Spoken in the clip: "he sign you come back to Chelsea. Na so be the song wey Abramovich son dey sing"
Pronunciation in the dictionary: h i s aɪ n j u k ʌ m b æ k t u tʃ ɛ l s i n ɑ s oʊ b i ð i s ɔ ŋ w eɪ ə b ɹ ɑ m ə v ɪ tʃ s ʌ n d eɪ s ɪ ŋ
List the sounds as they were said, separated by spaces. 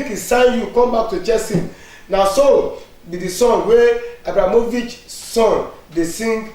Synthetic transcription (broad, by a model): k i s aɪ n j u k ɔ m b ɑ k t u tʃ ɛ s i n ɑ s oʊ b i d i s ɔ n w eɪ ə b ɹ ɑ m ə v ɪ tʃ s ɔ n d eɪ s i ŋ